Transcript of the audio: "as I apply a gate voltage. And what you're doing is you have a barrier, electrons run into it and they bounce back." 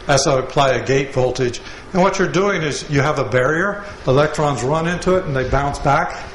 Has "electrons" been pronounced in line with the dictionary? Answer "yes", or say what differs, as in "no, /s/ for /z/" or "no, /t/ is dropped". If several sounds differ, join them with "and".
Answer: yes